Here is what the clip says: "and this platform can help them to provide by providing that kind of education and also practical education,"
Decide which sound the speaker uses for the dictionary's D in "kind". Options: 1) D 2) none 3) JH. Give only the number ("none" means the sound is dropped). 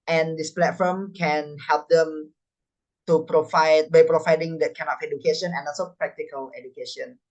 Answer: 2